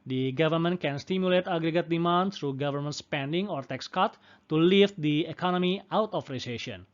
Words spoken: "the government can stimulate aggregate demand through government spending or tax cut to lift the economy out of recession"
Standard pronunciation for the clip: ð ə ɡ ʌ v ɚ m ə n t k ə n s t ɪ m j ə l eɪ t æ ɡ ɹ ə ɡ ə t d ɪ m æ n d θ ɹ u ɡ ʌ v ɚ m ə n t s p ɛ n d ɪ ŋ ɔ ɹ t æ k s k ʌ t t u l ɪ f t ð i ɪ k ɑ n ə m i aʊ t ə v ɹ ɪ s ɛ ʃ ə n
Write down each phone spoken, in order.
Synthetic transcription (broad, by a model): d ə ɡ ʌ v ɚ m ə n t k ə n s t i m j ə l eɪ t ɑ ɡ ɹ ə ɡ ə t d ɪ m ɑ n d s ɹ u ɡ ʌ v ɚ m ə n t s p ɛ n d ɪ ŋ ɔ ɹ t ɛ k s k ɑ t t u l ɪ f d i ɪ k ɑ n ə m i aʊ t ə f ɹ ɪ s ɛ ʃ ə n